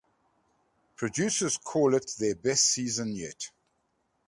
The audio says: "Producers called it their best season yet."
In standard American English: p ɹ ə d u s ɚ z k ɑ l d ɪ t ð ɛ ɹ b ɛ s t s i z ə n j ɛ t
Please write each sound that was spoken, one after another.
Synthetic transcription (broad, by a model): p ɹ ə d u s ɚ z k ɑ l ɪ t ð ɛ b ɛ s t s i z ə n j ɛ t